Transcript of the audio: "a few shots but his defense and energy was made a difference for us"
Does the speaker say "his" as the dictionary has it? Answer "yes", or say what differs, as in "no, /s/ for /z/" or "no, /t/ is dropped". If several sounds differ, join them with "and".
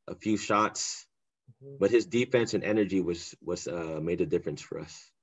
yes